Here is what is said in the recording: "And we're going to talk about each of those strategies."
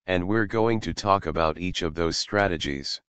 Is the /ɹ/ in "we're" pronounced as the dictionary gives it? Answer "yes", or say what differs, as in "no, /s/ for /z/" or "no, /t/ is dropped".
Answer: yes